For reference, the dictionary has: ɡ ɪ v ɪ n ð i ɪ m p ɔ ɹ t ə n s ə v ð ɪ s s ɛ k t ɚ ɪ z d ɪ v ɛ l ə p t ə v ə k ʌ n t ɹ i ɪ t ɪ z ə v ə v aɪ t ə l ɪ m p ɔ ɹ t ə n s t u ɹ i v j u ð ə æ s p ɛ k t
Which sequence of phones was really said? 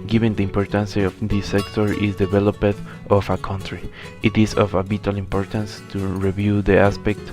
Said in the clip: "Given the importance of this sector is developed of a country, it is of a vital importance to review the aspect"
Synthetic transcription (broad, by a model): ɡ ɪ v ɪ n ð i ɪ m p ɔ ɹ t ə n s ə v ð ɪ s s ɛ k t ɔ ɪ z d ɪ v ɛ l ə p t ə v ə k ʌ n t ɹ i ɪ t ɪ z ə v ə b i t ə l ɪ m p ɔ ɹ t ə n s t u ɹ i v j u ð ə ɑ s p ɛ k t